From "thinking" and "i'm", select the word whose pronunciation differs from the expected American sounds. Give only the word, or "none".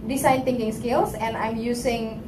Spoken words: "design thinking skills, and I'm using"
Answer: thinking